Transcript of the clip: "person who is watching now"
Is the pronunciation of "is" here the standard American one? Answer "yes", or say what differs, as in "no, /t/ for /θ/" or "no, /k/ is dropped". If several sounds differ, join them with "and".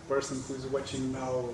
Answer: yes